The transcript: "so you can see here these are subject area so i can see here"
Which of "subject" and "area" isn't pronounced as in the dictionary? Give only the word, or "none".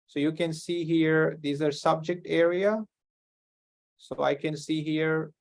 none